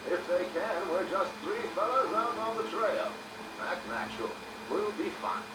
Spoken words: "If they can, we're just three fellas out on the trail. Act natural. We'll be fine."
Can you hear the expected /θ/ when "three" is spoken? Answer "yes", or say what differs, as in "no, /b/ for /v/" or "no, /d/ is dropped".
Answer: yes